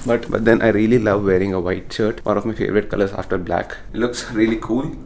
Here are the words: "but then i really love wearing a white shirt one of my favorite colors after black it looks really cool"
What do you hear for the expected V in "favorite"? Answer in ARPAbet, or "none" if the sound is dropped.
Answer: V